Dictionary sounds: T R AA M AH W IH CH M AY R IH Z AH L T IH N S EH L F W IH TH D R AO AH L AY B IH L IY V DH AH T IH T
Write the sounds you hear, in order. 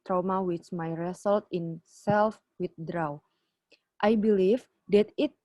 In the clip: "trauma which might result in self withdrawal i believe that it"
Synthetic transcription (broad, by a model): T R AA M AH W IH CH M AY R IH S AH L T IH N S EH L F W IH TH D R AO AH W AY B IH L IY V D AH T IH T